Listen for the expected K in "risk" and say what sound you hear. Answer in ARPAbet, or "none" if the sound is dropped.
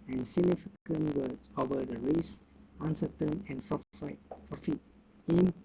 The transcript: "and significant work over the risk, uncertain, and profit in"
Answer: none